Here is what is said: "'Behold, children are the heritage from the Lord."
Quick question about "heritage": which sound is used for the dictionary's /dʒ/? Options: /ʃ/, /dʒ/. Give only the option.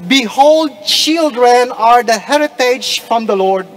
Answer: /dʒ/